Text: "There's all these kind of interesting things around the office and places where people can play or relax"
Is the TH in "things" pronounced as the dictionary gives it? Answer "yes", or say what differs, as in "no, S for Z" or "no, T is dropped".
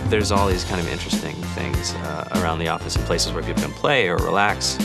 yes